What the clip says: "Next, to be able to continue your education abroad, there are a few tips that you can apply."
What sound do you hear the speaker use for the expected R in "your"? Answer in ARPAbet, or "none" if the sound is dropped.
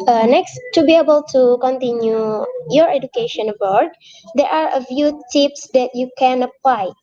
R